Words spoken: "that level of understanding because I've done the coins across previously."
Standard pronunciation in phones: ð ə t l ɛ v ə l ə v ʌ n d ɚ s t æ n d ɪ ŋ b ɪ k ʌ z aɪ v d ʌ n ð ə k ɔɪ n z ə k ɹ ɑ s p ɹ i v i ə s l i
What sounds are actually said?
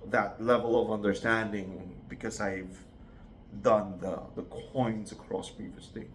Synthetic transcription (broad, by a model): ð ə t l ɛ v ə l ə v ʌ n d ɚ s t æ n d ɪ ŋ b ɪ k ʌ z aɪ v d ʌ n ð ə k ɔɪ n z ə k ɹ ɑ s p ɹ i v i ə s l i